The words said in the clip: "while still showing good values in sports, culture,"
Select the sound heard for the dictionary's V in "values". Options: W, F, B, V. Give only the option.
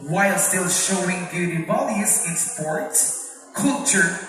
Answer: B